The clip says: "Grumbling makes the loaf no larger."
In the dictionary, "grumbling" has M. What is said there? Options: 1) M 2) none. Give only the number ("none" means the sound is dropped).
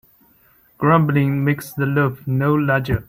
1